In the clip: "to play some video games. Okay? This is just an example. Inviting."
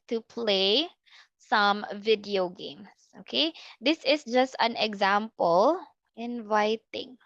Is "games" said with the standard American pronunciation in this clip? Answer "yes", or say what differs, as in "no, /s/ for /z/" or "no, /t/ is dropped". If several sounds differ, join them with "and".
no, /s/ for /z/